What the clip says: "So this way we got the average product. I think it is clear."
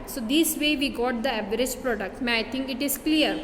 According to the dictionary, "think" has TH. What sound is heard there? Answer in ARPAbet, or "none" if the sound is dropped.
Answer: T